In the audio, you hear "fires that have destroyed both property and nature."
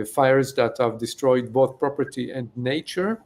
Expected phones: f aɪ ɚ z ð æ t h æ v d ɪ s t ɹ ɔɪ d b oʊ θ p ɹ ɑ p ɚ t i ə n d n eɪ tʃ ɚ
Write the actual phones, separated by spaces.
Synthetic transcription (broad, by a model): f aɪ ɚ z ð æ t h æ v d ɪ s t ɹ ɔɪ d b oʊ θ p ɹ ɑ p ɚ t i ə n d n eɪ tʃ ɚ